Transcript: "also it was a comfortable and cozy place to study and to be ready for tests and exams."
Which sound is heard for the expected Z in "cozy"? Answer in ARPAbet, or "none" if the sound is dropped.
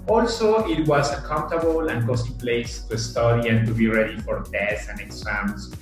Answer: S